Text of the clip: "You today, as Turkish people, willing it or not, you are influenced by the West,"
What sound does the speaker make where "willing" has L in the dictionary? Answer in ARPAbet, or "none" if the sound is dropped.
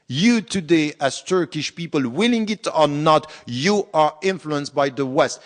L